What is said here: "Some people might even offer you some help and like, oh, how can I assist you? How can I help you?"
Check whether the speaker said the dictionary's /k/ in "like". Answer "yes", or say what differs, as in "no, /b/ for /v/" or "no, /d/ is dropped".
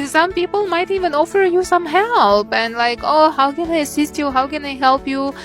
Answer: yes